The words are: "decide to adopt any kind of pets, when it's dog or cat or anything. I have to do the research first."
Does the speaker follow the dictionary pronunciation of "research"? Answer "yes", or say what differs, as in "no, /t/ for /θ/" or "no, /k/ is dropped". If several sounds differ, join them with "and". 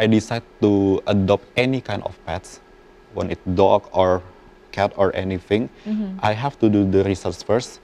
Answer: no, /s/ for /tʃ/